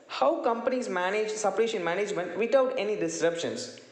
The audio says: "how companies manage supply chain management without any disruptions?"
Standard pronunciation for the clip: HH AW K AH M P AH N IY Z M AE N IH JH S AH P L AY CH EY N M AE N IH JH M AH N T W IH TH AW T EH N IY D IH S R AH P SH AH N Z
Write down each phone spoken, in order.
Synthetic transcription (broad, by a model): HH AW K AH M P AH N IY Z M AE N IH JH S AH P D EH SH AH N M AE N IH JH M AH N T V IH T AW T EH N IY D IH S R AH P SH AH N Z